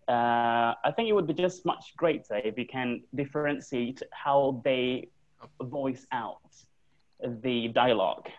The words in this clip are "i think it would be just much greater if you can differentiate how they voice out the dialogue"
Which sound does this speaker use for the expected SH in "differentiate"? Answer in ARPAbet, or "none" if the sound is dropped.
S